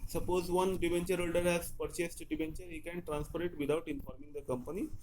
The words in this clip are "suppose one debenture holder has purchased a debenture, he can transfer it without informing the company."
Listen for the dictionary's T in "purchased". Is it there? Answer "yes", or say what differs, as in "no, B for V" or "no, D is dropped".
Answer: yes